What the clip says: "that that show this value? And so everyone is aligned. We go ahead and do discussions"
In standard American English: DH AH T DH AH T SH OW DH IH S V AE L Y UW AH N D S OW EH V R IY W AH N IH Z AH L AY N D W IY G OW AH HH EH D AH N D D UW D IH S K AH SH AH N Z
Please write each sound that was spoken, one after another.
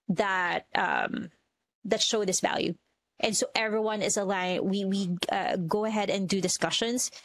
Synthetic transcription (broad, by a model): DH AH T DH AH T SH OW DH IH S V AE L Y UW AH N S OW EH V R IY W AH N IH Z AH L AY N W W IY G OW AH HH EH D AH N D D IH D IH S K AH SH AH N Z